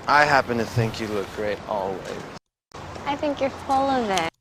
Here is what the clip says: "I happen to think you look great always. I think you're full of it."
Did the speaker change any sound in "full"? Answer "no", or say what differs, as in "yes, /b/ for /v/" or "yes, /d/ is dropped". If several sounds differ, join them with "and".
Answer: no